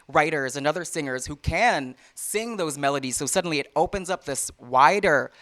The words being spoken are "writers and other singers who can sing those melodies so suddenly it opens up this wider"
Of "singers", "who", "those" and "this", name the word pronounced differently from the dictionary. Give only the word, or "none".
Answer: none